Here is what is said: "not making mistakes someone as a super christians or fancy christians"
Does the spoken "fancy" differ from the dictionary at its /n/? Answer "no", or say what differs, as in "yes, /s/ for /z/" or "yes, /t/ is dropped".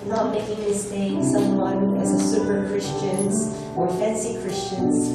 no